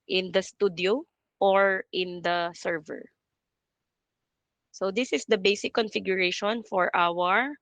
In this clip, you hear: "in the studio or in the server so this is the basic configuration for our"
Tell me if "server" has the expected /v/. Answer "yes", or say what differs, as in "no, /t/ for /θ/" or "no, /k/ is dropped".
yes